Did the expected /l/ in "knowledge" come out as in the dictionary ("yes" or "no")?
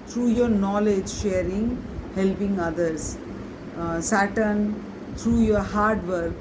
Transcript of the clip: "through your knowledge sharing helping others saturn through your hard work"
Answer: yes